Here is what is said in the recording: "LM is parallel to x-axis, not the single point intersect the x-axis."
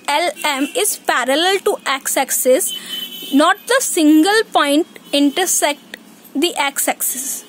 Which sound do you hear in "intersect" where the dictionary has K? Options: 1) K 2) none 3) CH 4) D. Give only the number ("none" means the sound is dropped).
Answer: 1